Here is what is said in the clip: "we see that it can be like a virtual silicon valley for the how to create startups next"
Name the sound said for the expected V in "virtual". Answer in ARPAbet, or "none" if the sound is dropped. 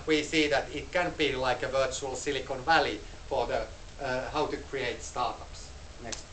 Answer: V